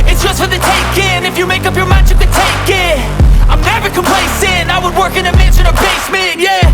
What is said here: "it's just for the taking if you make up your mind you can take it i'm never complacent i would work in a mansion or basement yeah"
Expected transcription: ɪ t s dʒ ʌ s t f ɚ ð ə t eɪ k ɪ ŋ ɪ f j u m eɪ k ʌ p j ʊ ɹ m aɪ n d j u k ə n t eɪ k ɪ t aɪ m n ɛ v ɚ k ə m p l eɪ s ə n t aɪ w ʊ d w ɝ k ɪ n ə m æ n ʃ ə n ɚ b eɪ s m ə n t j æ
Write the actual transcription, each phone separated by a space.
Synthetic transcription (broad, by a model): ɪ t s dʒ ʌ s t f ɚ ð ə t eɪ k ɪ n ɪ f j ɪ m eɪ k ʌ p j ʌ ɹ m aɪ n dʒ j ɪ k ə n t eɪ k ɪ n aɪ m n ɛ v ɚ k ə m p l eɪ s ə n aɪ w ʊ d w ɝ k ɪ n ə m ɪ ʃ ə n ɚ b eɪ s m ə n j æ